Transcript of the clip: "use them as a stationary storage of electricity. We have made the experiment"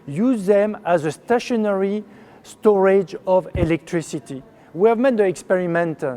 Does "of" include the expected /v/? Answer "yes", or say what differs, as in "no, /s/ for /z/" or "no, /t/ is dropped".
yes